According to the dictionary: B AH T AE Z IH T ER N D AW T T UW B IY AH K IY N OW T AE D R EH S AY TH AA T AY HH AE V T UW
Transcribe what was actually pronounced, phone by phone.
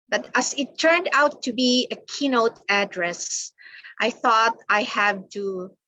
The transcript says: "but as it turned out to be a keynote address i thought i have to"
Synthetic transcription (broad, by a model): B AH T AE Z IH T ER N D AW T T UW B IY AH K IY N OW T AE D R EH S AY TH AA T AY HH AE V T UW